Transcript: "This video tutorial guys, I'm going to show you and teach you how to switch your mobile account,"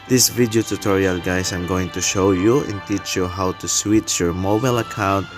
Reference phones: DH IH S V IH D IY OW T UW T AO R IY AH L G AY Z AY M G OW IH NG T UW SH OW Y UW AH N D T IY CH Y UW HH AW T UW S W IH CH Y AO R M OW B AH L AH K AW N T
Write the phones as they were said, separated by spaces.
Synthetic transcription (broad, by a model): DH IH S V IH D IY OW T UW T AO R IY AH L G AY S AY M G OW IH NG T UW SH OW Y UW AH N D T IY CH Y UW HH AW T UW S W IH CH Y AO R M OW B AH L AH K AW N T